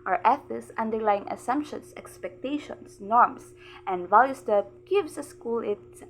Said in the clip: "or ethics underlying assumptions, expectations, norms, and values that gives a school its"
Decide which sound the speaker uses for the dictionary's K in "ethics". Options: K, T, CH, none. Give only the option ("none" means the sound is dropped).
none